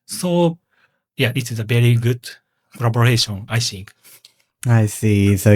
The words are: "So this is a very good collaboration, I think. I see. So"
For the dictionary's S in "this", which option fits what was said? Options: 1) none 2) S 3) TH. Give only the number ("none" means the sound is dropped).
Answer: 1